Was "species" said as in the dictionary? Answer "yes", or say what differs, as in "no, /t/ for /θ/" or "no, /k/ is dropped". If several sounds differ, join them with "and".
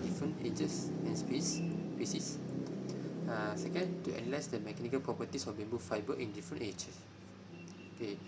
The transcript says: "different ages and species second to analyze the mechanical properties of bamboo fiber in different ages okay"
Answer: no, /s/ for /ʃ/